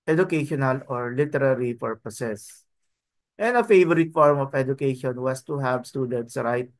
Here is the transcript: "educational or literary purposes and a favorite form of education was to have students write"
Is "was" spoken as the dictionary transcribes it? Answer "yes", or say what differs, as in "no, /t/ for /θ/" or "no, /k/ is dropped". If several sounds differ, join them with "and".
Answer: no, /s/ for /z/